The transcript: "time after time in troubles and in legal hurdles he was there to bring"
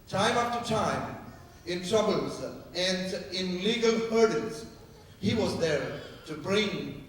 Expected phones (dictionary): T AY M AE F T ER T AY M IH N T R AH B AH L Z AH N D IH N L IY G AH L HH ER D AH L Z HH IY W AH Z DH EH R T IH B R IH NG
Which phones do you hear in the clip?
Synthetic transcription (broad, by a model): T AY M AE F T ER T AY M IH N T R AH B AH L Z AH N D IH N L IY G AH L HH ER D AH N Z HH IY W AH Z DH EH R T IH B R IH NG